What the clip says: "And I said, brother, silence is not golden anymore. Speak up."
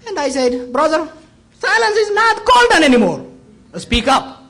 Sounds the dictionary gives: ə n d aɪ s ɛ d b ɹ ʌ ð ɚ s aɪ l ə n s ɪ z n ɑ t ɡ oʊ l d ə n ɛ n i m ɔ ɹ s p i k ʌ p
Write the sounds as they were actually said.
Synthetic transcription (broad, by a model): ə n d aɪ s ɛ d b ɹ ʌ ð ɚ s aɪ l ə n s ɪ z n ɑ t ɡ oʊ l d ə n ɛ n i m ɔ ɹ s p i k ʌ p